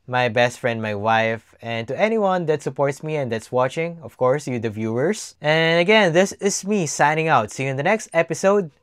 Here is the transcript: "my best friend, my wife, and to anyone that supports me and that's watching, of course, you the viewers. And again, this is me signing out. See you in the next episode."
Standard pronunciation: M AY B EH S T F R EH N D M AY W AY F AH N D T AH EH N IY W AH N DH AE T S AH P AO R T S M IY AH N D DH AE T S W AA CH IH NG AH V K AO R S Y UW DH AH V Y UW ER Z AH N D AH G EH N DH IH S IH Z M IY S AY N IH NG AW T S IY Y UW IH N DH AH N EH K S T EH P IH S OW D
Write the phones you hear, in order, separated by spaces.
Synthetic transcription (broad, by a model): M AY B EH S T F R EH N D M AY W AY F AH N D T AH EH N IY W AH N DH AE T S AH P AO R T S M IY AH N D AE T S W AA CH IH NG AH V K AO R S Y UW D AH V Y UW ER S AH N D AH G EH N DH IH S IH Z M IY S AY N IH NG AW T S IY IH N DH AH N EH K S T EH P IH S OW D